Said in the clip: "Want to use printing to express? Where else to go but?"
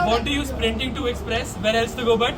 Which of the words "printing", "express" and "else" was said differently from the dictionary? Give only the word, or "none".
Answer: none